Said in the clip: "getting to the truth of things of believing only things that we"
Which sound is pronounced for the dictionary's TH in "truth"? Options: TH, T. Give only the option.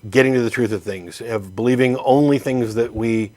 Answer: TH